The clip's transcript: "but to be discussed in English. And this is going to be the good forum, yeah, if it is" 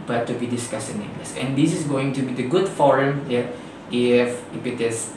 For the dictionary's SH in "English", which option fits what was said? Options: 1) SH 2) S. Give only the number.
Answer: 2